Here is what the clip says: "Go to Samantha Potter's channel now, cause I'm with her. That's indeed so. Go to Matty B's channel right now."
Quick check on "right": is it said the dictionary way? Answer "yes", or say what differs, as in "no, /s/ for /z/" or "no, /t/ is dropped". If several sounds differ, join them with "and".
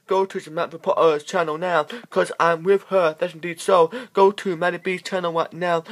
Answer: no, /w/ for /ɹ/